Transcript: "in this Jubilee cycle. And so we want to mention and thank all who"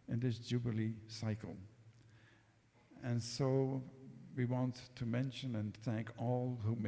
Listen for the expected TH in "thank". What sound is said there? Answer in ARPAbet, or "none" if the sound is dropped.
TH